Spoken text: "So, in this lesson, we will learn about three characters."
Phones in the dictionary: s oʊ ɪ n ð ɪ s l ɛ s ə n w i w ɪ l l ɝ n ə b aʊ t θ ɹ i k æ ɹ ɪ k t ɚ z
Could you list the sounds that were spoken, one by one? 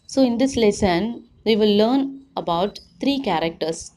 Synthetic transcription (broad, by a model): s oʊ ɪ n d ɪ s l ɛ s ə n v i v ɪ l l ɝ n ə b aʊ t t ɹ i k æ ɹ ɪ k t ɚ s